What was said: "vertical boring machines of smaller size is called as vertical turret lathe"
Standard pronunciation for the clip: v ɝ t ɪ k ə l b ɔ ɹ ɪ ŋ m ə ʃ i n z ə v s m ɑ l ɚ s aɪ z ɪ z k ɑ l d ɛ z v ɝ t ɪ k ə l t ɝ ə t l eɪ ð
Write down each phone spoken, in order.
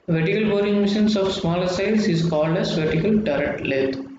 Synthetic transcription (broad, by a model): v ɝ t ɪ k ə l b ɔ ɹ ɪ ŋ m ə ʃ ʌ n s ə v s m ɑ l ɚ s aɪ s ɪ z k ɑ l d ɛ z v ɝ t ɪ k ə l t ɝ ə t l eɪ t